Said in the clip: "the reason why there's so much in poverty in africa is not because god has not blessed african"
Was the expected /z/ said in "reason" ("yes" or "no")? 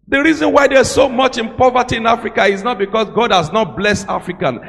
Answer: yes